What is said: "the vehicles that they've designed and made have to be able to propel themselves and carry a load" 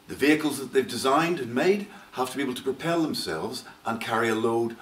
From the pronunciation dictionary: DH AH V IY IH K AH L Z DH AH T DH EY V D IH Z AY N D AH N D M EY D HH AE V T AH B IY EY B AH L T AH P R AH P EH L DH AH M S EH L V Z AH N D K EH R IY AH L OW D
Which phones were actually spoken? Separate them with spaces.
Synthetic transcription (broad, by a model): DH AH V IY IH K AH L Z DH AH T DH EY V D IH Z AY N D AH N M EY D HH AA F T AH B IY EY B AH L T AH P R AH P EH L DH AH M S EH L V Z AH N K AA R IY AH L OW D